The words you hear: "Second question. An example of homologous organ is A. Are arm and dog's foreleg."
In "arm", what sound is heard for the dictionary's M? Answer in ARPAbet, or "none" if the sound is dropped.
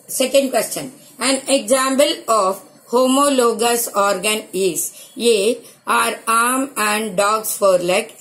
M